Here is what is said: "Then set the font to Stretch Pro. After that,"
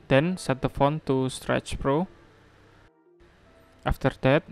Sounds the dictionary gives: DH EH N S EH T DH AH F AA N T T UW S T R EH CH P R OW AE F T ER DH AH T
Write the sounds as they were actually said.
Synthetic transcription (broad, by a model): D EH N S EH T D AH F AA N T T UW S T R EH CH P R OW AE F T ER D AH T